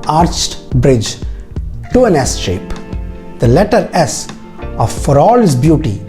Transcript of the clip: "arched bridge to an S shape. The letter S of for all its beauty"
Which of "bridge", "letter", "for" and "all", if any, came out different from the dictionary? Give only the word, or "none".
none